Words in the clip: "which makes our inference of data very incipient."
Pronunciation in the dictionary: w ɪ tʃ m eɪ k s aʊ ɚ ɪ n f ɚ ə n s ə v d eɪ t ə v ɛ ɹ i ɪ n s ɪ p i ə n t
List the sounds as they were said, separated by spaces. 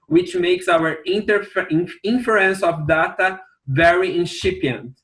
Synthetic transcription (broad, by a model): w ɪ tʃ m eɪ k s aʊ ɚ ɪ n f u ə n s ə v d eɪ t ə v ɛ ɹ i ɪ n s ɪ p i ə n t